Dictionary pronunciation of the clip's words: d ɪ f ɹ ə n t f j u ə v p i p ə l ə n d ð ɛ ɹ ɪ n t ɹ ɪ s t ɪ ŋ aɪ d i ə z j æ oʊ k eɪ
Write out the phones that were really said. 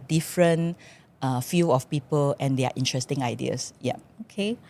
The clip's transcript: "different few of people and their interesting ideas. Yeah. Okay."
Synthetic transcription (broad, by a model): d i f ɹ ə n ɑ f j u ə f p i p ə l ə n d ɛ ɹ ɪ n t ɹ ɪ s t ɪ ŋ aɪ d i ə s j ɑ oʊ k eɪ